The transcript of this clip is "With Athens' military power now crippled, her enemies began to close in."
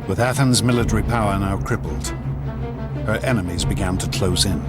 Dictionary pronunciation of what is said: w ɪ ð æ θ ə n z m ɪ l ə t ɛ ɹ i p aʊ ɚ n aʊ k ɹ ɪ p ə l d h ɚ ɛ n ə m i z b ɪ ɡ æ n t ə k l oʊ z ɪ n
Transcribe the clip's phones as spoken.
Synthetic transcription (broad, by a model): w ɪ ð æ θ ə n z m ɪ l ə t ɛ ɹ i p aʊ ɚ n aʊ k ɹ ɪ p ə l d h ɚ ɛ n ə m i z b ɪ ɡ æ n t ə k l oʊ z ɪ n